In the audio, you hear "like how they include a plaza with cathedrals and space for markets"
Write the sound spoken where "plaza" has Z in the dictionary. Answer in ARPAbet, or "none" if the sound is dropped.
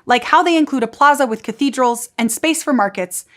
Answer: Z